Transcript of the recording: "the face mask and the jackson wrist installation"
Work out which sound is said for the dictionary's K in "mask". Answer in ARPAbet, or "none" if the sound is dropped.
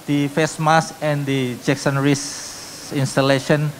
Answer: none